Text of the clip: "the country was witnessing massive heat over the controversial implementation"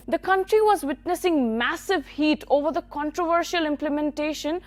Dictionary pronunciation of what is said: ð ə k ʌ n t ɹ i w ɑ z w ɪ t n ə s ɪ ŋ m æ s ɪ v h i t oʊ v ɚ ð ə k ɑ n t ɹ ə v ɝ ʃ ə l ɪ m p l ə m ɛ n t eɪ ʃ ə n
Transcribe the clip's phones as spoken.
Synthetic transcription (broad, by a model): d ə k ʌ n t ɹ i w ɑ z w ɪ t n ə s ɪ ŋ m æ s ɪ v h i t oʊ v ɚ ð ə k ɑ n t ɹ ə v ɝ ʃ ə l ɪ m p l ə m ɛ n t eɪ ʃ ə n